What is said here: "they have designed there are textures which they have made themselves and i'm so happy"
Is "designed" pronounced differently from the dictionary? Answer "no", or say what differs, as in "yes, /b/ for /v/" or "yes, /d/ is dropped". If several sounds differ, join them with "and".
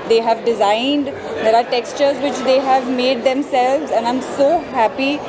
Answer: no